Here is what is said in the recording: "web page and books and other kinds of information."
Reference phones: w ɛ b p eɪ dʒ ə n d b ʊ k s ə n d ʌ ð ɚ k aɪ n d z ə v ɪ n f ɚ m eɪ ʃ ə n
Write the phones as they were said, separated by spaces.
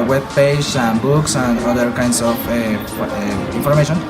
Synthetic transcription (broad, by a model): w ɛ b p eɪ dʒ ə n b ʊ k s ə n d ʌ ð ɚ k aɪ n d s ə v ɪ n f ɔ m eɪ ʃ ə n